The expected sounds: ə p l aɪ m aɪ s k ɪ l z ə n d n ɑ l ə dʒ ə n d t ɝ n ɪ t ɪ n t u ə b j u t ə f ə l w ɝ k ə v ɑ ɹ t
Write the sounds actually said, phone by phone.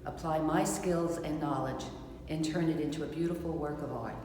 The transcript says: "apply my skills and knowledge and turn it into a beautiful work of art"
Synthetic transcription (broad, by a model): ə p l aɪ m aɪ s k ɪ l z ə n n ɑ l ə dʒ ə n t ɝ n ɪ t ɪ n t u ə b j u t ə f l w ɝ k ə v ɑ ɹ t